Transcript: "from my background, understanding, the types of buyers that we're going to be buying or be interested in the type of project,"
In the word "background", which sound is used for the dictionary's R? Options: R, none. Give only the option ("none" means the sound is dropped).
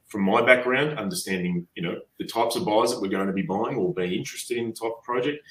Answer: R